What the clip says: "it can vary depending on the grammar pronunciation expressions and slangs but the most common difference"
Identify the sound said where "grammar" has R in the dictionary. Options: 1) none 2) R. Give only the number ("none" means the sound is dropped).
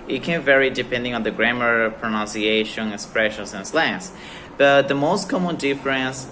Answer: 2